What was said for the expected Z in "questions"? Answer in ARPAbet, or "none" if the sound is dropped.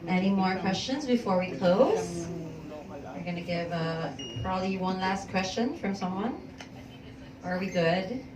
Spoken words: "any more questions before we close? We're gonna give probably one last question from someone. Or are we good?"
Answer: Z